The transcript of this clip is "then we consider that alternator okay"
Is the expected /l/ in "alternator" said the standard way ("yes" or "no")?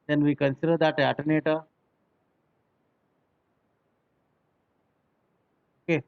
no